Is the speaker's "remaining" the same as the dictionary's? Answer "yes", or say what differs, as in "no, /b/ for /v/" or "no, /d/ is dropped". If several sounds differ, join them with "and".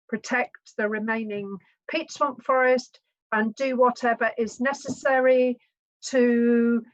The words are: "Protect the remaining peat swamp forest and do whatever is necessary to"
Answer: yes